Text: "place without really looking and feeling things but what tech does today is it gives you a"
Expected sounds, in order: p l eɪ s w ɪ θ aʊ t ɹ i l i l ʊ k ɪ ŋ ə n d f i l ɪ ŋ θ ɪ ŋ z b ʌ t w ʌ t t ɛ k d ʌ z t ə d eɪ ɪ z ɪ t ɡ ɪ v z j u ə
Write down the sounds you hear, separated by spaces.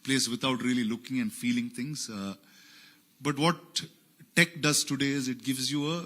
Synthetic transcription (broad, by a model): p l eɪ s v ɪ t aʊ t ɹ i l i l ʊ k ɪ ŋ ə n d f i l ɪ ŋ t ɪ ŋ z b ʌ t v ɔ t t ɛ k d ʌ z t ə d eɪ ɪ z ɪ t ɡ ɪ v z j u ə